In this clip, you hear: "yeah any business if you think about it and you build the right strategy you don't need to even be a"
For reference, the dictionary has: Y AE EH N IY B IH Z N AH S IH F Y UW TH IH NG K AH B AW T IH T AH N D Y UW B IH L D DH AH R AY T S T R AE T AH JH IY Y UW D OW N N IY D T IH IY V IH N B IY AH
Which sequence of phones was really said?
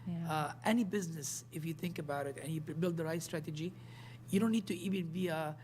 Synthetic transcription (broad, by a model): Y EH N IY B IH Z N AH S IH F Y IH TH IH NG K AH B AW T IH T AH N Y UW B IH L D DH AH R AY T S T R AE T AH JH IY Y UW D OW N N IY D T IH IY V IH N B IY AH